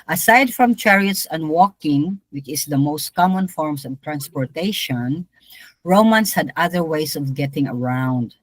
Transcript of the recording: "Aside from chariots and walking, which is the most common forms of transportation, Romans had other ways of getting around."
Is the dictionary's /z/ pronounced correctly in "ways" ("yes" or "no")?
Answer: no